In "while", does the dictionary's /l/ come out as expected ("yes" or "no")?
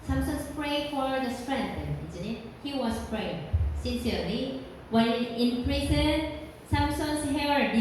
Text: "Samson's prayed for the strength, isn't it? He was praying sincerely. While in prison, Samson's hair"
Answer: no